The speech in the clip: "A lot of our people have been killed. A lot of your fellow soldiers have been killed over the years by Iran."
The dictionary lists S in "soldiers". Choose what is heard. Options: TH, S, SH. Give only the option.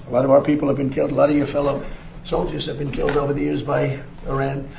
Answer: S